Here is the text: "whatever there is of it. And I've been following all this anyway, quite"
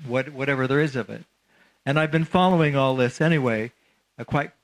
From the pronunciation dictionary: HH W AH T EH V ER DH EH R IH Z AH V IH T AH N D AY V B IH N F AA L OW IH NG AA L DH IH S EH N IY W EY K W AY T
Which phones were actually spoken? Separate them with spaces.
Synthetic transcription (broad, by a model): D W AH T EH V ER DH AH R IH Z AH V IH T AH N AY V B IH N F AA L OW IH NG AA L DH IH S EH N IY W EY K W AY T